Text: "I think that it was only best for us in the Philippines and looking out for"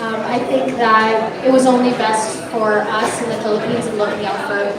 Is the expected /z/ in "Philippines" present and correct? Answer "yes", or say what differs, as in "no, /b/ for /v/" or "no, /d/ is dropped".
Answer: yes